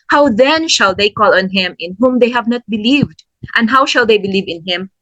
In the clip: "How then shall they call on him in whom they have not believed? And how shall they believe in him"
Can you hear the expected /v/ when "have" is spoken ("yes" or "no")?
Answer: yes